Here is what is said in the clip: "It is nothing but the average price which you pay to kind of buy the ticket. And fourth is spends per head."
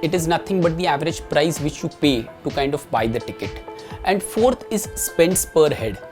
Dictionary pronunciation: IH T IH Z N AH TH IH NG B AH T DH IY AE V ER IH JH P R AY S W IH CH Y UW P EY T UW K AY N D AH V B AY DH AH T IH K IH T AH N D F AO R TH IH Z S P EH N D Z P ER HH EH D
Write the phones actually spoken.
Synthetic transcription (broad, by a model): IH T IH Z N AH T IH NG B AH T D IY AE V ER IH JH P R AY S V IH CH Y UW P EY T UW K AY N D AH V B AY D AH T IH K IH T AH N D F AO R T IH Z S P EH N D S P ER HH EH D